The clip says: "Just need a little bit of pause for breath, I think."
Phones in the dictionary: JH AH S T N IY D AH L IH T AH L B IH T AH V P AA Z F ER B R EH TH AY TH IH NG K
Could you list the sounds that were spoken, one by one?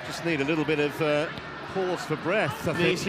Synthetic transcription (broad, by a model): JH AH S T N IY D AH L IH T L B IH T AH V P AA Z F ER B R EH TH AY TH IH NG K